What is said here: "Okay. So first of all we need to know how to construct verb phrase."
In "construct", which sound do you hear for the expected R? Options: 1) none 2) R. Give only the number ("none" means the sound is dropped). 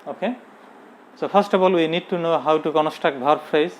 1